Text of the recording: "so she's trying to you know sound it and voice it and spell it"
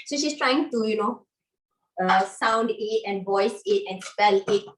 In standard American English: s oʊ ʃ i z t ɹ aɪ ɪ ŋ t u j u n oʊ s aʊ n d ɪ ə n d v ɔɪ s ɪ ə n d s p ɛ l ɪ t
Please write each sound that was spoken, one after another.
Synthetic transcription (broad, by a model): s oʊ ʃ i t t ɹ aɪ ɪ ŋ t u j u n oʊ s aʊ n d ɪ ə n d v ɔɪ s ɪ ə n s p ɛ l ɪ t